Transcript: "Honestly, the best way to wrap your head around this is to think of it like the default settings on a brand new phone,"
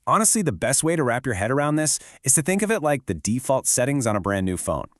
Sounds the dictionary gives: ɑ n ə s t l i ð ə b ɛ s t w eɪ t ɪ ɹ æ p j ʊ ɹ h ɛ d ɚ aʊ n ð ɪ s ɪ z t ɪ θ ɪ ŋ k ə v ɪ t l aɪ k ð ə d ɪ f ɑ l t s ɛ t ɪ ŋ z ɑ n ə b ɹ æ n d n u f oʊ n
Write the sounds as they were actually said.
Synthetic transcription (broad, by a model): ɑ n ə s t l i ð ə b ɛ s t w eɪ t ɪ ɹ æ p j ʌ ɹ h ɛ d ɚ aʊ n ð ɪ s ɪ z t ɪ θ ɪ ŋ k ə v ɪ t l aɪ k ð ə d ɪ f ɑ l t s ɛ t ɪ ŋ z n ə b ɹ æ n n u f oʊ n